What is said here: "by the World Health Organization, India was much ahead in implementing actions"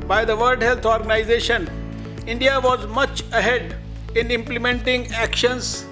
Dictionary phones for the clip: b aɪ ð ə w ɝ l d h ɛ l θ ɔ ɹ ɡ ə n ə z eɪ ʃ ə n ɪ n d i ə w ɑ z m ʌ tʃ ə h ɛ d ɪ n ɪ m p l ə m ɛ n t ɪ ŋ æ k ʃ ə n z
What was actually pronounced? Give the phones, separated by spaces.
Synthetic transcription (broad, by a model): b aɪ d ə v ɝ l d h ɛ l t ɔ ɹ ɡ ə n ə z eɪ ʃ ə n ɪ n d i ə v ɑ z m ʌ tʃ ə h ɛ d ɪ n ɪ m p l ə m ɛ n t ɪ ŋ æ k ʃ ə n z